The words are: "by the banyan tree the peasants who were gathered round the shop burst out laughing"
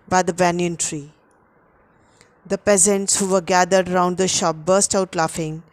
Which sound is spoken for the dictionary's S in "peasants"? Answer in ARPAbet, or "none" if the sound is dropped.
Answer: S